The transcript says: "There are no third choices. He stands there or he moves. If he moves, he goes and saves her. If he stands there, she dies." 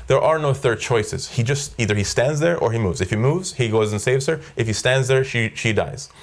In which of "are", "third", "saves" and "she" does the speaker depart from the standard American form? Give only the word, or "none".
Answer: none